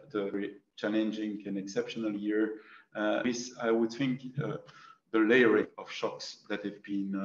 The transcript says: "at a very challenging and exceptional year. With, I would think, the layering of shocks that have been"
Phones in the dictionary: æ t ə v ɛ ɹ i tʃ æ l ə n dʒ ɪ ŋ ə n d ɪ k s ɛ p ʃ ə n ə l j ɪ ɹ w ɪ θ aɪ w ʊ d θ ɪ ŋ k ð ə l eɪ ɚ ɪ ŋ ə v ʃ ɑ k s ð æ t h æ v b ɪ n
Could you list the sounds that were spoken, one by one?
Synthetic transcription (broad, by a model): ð ə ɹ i tʃ æ l ə n dʒ ɪ ŋ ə n ɪ k s ɛ p ʃ ə n ə l j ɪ ɹ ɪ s aɪ w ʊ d θ ɪ ŋ k ð ə l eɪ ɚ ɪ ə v ʃ ɑ k s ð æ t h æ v b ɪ n